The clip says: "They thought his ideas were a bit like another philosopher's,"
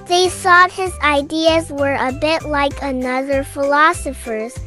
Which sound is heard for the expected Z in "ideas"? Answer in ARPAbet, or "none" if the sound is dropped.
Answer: Z